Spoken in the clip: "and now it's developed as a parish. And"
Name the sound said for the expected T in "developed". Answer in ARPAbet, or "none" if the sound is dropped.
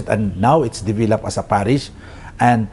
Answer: none